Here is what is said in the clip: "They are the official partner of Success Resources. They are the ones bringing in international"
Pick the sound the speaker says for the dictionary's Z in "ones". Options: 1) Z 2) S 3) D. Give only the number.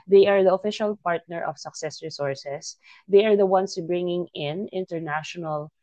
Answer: 2